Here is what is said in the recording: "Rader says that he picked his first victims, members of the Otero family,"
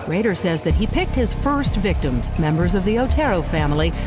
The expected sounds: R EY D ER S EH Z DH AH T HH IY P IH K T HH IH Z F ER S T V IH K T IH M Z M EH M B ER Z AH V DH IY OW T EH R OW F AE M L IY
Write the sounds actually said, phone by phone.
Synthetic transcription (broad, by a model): R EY D ER S EH Z DH AH T HH IY P IH K T HH IH Z F ER S T V IH K T IH M Z M EH M B ER Z AH V DH IY OW T EH R OW F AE M L IY